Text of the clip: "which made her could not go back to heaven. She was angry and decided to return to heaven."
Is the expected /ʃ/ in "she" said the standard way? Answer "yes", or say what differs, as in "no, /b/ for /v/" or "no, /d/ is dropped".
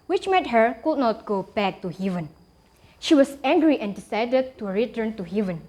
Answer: yes